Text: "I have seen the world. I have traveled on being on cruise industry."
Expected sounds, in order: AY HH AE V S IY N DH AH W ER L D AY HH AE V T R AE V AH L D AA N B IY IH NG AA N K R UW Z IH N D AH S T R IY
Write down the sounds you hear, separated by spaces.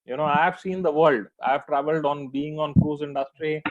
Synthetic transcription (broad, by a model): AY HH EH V S IY N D AH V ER L D AY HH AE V T R AE V AH L D AA N B IY IH NG AA N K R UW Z IH N D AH S T R IY